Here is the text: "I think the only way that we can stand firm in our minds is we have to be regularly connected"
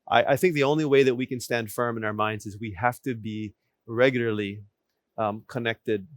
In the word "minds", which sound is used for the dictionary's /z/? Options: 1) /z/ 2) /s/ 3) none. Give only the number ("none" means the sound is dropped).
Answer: 1